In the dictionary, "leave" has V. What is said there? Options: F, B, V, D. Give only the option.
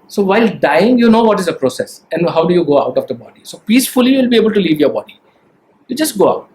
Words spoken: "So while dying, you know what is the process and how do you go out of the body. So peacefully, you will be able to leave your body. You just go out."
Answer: V